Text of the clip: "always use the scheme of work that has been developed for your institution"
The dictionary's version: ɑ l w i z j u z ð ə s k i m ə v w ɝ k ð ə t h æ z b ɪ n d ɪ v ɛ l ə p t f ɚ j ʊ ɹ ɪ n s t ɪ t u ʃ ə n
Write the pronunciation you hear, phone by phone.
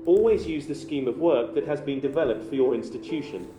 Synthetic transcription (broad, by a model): ɑ l w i z j u z ð ə s k i m ə v w ɝ k ð ə t h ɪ z b ɪ n d ɪ v ɛ l ə p t f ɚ j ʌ ɹ ɪ n s t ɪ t u ʃ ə n